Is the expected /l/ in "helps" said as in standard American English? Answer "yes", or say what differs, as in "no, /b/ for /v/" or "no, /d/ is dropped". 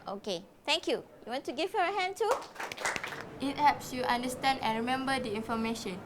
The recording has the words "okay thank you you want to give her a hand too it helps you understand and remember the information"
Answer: no, /l/ is dropped